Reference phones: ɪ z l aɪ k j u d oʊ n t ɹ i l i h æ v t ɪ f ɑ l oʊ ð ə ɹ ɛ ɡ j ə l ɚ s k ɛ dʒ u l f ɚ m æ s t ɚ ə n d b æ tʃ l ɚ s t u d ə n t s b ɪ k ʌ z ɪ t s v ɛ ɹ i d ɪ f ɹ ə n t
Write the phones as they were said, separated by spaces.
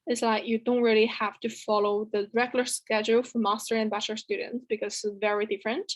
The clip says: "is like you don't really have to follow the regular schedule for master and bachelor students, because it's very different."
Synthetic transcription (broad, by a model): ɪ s l aɪ k j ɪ d oʊ n t ɹ i l i h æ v t ɪ f ɑ l oʊ ð ə ɹ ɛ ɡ j l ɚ s k ɛ dʒ u l f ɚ m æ s t ɚ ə n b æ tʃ ɚ s t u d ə n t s b ɪ k ʌ z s v ɛ ɹ i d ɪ f ɹ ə n t